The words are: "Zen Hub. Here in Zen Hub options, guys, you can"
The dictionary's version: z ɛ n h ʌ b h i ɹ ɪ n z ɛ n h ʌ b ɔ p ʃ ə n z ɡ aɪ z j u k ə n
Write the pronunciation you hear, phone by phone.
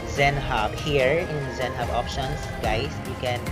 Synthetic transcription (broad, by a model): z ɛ n h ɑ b h i ɹ ɪ n z ɛ n h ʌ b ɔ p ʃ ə n s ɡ aɪ s j u k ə n